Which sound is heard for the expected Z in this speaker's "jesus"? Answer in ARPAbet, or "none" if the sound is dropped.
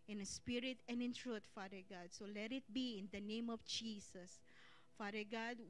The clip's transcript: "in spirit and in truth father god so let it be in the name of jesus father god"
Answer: S